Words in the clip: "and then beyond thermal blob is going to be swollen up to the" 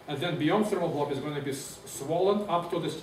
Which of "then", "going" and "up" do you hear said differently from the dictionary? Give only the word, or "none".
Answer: none